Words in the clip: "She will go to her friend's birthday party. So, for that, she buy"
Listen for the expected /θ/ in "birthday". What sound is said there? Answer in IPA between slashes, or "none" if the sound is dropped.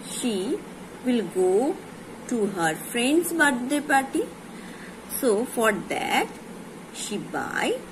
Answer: /t/